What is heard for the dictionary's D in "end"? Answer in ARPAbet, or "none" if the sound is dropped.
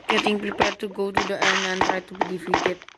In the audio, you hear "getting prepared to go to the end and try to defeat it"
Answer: none